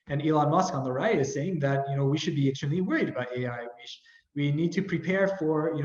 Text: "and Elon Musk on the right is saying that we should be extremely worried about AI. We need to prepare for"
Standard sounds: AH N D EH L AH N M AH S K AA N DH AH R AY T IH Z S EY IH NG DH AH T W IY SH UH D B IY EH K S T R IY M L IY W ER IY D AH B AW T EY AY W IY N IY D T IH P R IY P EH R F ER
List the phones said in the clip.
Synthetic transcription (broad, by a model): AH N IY L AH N M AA S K AA N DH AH R AY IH IH Z S EY IH NG DH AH T W IY SH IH D B IY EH S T AH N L IY W ER IY D AH B AW T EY AY W IY N IY D T IH P R IY P EH R F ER